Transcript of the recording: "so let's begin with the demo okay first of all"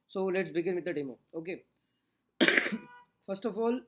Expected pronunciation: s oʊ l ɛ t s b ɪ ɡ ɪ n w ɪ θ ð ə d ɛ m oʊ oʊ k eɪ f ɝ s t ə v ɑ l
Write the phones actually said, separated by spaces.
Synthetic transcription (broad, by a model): s oʊ l ɛ t s b ɪ ɡ ɪ n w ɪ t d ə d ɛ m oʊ oʊ k eɪ f ɝ s t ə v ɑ l